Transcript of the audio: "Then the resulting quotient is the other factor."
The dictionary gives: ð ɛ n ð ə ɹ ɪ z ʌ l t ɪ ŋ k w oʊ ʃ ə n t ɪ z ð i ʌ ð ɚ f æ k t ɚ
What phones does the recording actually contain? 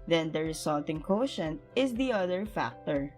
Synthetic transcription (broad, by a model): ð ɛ n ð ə ɹ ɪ s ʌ l t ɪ ŋ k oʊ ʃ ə n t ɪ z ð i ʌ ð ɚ f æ k t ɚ